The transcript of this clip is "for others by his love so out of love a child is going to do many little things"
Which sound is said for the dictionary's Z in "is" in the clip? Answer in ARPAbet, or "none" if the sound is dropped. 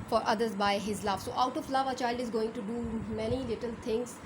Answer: Z